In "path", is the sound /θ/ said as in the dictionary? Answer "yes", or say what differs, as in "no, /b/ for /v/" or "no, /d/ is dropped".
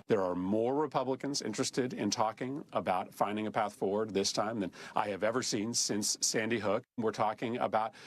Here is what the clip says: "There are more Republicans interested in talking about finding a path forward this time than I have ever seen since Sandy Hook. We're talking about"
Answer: yes